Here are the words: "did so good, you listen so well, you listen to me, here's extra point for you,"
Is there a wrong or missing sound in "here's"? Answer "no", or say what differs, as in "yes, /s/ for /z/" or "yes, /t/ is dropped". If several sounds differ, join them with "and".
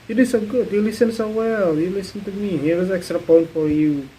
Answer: yes, /w/ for /ɹ/